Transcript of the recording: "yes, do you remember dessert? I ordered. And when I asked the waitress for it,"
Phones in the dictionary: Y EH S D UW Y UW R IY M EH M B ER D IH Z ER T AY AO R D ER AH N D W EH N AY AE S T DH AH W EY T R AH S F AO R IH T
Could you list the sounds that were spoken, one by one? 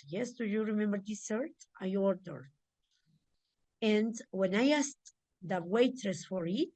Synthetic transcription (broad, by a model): Y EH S D UW Y UW R IY M EH M B ER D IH S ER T AY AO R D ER AH N D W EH N AY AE S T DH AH W EY T R AH S F AO R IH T